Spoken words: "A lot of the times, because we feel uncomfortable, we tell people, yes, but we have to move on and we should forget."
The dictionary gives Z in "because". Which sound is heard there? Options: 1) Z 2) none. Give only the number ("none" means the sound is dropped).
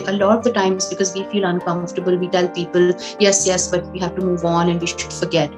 1